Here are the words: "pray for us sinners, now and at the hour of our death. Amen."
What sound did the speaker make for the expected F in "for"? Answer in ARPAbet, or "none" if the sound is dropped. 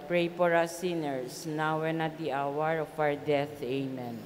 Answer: P